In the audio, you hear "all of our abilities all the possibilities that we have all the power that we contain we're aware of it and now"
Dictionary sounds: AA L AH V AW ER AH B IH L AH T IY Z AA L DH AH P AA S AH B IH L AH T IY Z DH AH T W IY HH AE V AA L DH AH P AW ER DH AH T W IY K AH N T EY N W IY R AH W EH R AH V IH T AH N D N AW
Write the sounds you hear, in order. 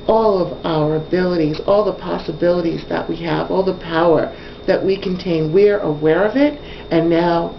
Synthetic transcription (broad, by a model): AA L AH V AW ER AH B IH L AH T IY Z AA L DH AH P AA S AH B IH L AH T IY Z DH AH T W IY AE V AA L DH AH P AW ER DH AH T W IY K AH N T EY N W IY R AH W EH R AH V IH T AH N N AW